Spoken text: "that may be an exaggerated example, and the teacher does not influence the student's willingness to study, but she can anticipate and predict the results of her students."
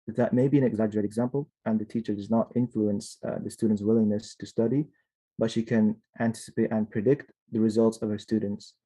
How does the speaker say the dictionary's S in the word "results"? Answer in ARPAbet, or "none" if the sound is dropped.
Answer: S